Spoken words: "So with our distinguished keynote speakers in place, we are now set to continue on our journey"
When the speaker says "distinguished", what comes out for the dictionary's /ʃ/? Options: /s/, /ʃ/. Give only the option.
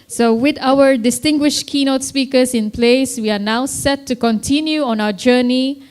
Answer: /ʃ/